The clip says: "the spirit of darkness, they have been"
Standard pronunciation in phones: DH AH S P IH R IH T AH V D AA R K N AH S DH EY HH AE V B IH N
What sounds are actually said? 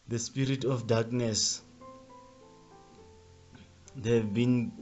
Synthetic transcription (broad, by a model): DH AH S P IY R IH T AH F D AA K N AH S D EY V B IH N